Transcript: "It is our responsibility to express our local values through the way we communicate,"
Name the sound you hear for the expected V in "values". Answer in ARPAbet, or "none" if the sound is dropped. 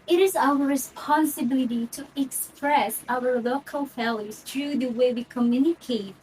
F